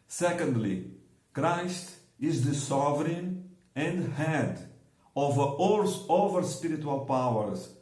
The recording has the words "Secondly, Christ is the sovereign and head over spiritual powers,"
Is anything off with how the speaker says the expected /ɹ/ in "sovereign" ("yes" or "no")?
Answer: no